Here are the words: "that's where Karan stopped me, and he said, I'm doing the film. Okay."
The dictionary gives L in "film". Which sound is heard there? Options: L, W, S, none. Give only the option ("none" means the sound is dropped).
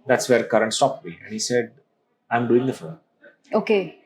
none